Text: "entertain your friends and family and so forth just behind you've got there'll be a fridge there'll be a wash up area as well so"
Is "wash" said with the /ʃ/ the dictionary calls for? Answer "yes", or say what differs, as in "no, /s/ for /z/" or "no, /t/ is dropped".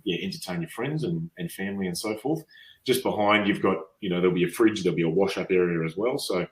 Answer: yes